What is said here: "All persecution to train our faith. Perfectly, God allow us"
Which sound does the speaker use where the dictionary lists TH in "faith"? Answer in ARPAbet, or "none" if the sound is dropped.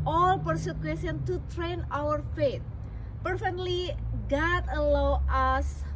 T